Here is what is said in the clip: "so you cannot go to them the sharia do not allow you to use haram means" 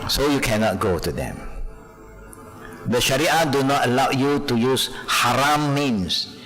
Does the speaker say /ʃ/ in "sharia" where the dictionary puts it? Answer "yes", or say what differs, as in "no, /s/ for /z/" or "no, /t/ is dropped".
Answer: yes